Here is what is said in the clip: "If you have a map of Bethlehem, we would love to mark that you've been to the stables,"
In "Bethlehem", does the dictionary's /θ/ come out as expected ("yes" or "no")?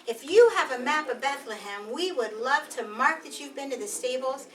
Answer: yes